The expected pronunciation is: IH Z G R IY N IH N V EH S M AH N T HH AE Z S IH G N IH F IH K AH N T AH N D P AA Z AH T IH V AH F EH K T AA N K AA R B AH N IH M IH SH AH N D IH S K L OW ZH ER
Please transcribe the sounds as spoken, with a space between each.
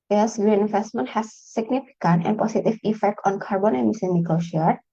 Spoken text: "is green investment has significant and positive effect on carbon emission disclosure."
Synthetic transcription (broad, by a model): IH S G R IY N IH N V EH S M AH N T HH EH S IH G N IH F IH K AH N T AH N P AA S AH T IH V AH F EH K T AA N K AA R B AH N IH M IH S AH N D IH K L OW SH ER